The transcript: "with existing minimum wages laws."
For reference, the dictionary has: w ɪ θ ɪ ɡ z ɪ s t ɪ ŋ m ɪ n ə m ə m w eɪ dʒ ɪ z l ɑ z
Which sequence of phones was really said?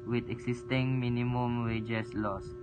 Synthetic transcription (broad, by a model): w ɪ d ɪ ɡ s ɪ s t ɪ ŋ m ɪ n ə m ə m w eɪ dʒ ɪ s l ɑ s